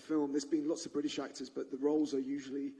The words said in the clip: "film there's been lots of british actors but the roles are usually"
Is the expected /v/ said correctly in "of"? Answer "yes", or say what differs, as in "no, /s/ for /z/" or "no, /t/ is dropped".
yes